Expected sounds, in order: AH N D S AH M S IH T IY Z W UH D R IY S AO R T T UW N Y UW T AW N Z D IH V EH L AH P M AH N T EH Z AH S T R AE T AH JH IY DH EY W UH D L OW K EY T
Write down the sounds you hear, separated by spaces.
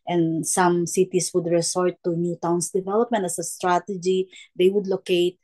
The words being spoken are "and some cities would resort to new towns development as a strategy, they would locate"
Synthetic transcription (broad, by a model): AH N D S AH M S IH T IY S W UH D R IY S AO R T T UW N Y UW T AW N S D IH V EH L AH P M AH N T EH S AH S T R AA T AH JH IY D EY W UH D L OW K EY T